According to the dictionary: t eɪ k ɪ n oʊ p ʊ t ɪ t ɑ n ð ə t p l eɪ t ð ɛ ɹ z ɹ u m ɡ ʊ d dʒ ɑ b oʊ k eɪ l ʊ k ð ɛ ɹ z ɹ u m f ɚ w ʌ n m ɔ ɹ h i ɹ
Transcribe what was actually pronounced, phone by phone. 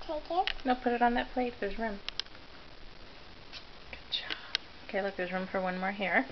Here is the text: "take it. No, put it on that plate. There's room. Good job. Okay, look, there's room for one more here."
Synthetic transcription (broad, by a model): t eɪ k ɪ n oʊ p ʊ t ɪ t n ð ə t p l eɪ t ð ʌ ɹ z ɹ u m ɡ ʊ d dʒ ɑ oʊ k eɪ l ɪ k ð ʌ ɹ z ɹ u m f ɚ w ʌ n m ɔ ɹ h i ɹ